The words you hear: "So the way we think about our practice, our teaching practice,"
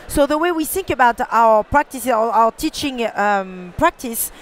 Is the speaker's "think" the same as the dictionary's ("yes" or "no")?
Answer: yes